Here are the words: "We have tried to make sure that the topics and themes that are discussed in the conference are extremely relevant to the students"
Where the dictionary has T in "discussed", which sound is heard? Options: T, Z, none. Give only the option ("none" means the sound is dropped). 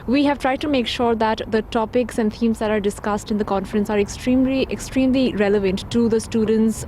T